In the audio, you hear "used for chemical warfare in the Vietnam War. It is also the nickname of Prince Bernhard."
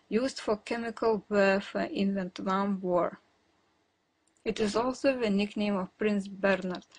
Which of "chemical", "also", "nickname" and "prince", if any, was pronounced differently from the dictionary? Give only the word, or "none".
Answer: none